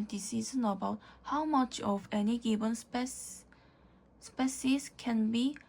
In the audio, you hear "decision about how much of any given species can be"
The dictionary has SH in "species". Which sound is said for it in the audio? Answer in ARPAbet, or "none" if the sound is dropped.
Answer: S